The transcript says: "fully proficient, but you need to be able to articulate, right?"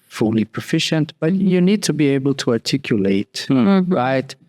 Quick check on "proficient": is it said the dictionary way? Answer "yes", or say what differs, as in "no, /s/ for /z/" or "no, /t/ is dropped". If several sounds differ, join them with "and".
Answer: yes